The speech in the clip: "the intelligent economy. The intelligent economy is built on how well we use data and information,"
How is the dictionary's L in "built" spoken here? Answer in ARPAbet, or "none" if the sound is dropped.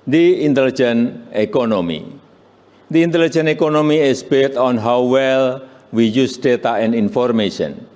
none